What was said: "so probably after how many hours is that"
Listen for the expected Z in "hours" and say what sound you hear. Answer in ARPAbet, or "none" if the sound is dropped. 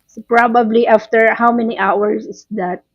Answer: S